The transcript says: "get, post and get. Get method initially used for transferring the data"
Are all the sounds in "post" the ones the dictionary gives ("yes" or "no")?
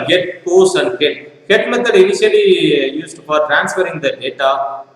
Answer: no